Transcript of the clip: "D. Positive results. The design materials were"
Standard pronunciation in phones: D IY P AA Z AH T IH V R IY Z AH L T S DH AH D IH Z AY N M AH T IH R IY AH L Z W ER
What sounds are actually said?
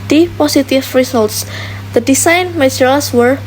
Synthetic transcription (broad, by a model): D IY P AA S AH T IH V R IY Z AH L T S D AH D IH S AY N M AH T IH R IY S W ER